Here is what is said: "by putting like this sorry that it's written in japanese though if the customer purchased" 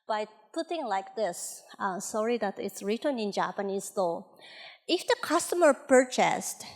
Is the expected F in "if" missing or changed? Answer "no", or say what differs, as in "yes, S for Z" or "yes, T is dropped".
no